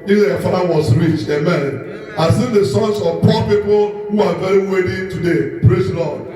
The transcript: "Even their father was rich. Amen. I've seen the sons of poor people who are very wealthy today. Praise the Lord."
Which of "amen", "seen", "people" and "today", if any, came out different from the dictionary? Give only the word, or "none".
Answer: none